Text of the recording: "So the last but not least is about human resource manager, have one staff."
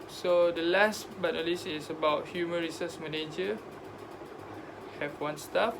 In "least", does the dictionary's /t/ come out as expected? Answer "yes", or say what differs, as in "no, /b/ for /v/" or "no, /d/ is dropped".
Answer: no, /t/ is dropped